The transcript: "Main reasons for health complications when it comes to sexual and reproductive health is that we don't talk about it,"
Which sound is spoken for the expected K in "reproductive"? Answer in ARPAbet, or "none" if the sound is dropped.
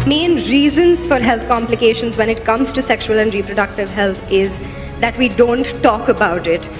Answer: K